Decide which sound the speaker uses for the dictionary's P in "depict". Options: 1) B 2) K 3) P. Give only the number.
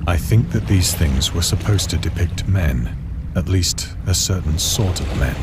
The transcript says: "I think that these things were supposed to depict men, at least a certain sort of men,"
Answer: 3